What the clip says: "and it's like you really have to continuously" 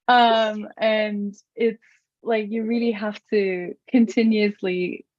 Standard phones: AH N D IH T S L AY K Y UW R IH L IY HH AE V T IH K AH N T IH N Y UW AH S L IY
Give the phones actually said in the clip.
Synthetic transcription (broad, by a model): AH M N IH T S L AY K Y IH R IH L IY HH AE F T IH K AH N T IH N Y UW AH S L IY